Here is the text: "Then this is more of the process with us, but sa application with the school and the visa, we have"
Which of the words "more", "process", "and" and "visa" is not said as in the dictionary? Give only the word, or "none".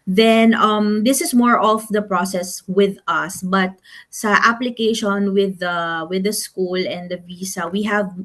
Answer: visa